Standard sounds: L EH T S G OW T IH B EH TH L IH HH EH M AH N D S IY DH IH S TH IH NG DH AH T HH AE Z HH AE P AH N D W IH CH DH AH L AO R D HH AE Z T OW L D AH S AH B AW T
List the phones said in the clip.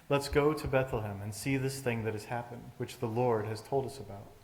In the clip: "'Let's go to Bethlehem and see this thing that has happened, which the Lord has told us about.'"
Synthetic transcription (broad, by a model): L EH T S G OW T IH B EH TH L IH HH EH M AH N S IY DH IH S TH IH NG DH AH T HH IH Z HH AE P AH N D W IH CH DH AH L AO R D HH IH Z T OW L D AH S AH B AW T